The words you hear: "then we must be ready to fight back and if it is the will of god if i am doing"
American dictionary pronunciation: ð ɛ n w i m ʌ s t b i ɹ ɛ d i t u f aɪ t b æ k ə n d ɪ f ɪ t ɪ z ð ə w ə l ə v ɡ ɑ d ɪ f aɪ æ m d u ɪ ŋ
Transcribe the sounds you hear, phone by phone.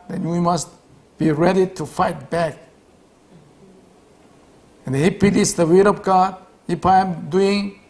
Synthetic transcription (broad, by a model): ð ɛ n w i m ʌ s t b i ɹ ɛ d i t u f aɪ t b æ k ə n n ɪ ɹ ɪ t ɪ s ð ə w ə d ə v ɡ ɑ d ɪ p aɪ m d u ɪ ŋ